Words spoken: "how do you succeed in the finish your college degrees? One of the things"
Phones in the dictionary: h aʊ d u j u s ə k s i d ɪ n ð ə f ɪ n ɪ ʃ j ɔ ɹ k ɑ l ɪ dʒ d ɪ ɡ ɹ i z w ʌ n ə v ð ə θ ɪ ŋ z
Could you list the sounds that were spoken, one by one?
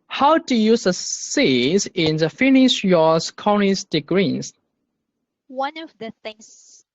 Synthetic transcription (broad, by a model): h aʊ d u j u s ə s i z ɪ n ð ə f ɪ n ɪ ʃ j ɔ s k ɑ n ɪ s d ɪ ɡ ɹ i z w ʌ n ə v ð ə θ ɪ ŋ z